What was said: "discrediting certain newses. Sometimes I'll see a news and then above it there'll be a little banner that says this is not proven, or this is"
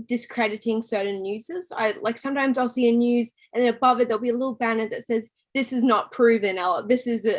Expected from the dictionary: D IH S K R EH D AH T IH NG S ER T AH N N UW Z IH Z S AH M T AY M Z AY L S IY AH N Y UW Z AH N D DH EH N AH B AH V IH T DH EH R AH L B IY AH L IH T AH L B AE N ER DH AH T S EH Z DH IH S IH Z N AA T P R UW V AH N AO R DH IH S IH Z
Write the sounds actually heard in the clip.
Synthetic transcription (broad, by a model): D IH S K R EH D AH T IH NG S ER T N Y UW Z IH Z S AH M T AY M Z AY L S IY AH N Y UW Z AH N DH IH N AH B AH V IH T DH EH AH L B IY AH L IH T L B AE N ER DH AH T S EH Z DH IH S IH Z N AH T P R UW V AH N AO L DH IH S IH Z